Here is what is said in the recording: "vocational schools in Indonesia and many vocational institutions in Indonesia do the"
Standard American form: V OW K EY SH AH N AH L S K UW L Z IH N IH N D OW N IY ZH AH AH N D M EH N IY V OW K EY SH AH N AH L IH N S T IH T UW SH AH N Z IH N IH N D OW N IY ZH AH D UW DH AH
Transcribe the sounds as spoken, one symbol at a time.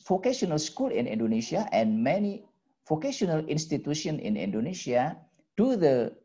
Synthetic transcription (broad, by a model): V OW K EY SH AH N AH L S K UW L IH N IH N D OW N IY SH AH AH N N M EH N IY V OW K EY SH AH N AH L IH N S T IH T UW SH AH N IH N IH N D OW N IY SH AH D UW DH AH